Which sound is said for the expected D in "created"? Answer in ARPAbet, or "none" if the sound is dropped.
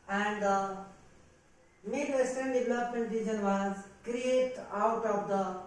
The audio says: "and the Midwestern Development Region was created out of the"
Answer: none